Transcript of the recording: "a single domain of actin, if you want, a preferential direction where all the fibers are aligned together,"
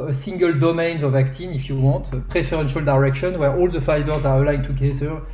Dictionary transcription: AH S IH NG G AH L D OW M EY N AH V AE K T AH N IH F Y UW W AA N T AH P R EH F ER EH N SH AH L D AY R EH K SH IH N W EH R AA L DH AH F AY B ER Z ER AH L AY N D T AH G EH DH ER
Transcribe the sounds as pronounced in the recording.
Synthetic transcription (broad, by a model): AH S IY NG G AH L D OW M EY N AH V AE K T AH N IH F Y UW W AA T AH P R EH F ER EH N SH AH L D AY R EH K SH IH N W EH R AA L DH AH F AY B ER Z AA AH L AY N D T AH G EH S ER